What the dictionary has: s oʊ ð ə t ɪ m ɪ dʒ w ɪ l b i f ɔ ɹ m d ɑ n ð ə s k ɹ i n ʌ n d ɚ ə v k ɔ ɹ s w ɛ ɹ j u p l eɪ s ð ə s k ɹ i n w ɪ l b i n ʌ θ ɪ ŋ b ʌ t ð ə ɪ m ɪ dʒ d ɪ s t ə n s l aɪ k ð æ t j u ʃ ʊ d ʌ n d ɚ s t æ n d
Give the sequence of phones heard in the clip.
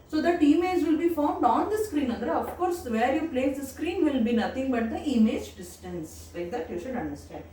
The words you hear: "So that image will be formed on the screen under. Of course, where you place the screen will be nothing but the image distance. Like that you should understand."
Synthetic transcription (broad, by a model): s oʊ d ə t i m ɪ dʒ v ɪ l b i f ɔ ɹ m d ɑ n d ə s k ɹ i n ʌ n d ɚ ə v k ɔ ɹ s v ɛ ɹ j u p l eɪ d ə s k ɹ i n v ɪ l b i n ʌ t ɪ ŋ b ʌ t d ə ɪ m ɪ dʒ d ɪ s t ə n s l aɪ k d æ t j u ʃ ʊ d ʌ n d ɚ s t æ n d